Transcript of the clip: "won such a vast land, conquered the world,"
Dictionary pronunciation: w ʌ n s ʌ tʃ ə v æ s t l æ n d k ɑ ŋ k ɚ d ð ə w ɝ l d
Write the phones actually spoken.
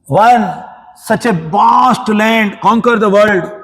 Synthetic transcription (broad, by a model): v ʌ n s ʌ tʃ ə b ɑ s t l æ n d k ɑ ŋ k ɚ d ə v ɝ l d